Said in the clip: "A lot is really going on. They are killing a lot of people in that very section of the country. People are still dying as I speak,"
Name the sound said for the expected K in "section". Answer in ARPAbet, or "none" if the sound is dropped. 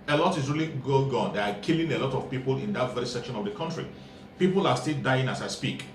K